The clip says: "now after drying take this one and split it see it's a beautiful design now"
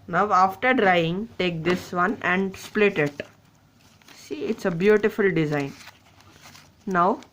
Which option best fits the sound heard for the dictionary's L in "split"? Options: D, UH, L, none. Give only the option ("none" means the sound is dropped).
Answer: L